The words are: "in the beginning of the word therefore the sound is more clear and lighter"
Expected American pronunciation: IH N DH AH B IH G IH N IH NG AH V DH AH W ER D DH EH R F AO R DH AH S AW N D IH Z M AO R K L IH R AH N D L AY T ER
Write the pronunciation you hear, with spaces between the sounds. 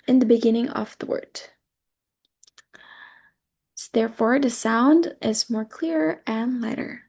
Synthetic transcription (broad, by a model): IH N DH AH B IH G IH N IH NG AH V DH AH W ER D DH EH R F AO R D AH S AW N D IH Z M AO R K L IH R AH N L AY T ER